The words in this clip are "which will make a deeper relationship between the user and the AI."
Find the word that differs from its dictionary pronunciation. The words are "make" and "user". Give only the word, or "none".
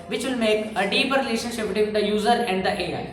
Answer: none